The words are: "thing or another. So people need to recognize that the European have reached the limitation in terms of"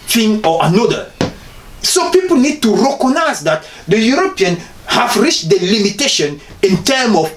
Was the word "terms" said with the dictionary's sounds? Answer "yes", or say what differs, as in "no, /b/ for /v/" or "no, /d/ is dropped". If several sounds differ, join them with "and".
no, /z/ is dropped